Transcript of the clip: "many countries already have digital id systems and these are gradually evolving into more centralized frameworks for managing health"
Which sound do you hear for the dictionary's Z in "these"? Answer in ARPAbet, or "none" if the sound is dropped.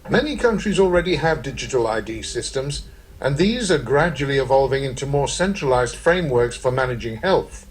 Z